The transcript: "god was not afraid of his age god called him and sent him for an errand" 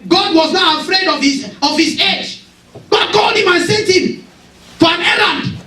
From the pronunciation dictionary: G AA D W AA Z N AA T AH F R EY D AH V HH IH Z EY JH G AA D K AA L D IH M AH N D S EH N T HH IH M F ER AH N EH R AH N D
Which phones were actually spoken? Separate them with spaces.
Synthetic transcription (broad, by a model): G AA D W AA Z N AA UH AH F R EY D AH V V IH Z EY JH G AA D K AA L D IH M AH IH S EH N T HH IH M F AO AH N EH R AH N D